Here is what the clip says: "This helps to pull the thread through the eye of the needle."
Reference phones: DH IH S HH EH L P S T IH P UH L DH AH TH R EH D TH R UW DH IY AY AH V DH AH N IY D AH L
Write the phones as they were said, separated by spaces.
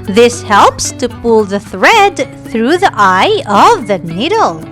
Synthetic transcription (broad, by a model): DH IH S HH EH L P S T IH P UH L DH AH TH R EH D TH R UW DH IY AY AH V DH AH N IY D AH L